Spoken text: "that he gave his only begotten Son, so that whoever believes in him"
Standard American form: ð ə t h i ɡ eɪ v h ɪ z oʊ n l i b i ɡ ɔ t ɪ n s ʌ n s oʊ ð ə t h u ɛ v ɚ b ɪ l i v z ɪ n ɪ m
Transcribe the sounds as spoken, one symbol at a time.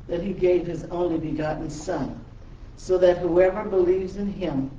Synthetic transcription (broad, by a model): ð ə t h i ɡ eɪ v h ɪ z oʊ n l i b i ɡ ɔ t n s ʌ n s oʊ ð ə t h u ɛ v ɚ b ɪ l i v z ɪ n ɪ m